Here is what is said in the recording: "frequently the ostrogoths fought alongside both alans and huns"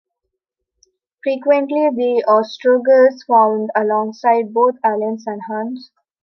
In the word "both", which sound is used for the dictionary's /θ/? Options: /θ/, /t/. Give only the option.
/t/